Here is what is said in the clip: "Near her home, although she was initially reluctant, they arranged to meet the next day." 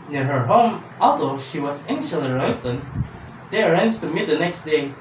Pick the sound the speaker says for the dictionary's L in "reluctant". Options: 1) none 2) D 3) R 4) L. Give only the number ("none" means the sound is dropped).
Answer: 1